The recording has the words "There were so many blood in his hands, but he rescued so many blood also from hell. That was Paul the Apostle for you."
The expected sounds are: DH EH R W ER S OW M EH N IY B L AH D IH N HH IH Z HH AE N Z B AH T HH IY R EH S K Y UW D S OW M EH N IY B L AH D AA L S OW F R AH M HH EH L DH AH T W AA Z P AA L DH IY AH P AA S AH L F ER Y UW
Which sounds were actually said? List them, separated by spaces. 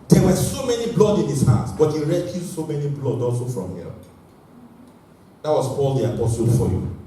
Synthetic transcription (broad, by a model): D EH W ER S OW M EH N IY B L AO D IH N HH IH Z HH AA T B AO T HH IY R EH K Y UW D S OW M EH N IY B L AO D AA L S OW F R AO M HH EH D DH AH T W AA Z P AA L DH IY AH P AA S AH L F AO Y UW